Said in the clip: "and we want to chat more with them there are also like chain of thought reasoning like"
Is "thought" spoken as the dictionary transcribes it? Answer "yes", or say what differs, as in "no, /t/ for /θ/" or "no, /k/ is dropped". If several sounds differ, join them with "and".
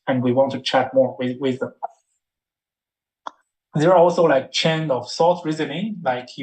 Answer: no, /s/ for /θ/